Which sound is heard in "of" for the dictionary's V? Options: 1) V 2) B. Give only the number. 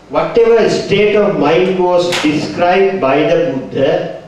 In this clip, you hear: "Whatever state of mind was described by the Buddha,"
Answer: 1